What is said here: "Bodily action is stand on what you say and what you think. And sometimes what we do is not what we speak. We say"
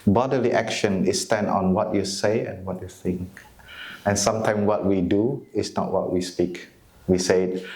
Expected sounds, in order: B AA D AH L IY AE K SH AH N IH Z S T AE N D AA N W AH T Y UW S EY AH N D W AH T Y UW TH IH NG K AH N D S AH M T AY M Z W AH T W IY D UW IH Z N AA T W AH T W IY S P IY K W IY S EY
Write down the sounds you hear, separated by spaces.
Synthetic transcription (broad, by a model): B AA D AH L IY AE K SH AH N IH S T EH N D AA N W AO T Y UW S EY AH N W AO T Y UW TH IH NG K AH N S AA M T AY M W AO T W IY D UW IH S N AA T W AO T W IY S P IY K W IY S EY